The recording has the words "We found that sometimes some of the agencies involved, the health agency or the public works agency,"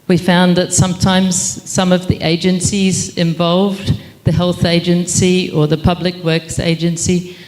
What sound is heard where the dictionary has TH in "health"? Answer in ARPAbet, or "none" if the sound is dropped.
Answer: TH